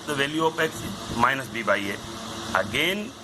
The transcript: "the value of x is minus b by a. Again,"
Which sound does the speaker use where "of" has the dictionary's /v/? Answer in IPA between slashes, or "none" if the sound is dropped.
/p/